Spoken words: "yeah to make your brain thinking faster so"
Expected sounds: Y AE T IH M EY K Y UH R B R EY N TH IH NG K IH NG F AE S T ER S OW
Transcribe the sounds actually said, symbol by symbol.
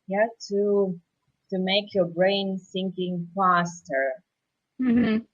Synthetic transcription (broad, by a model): Y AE T IH M EY K Y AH R B R EY N S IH NG K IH NG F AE S T ER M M